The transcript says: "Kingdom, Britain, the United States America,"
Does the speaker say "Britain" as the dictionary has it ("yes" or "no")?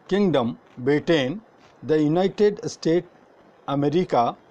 no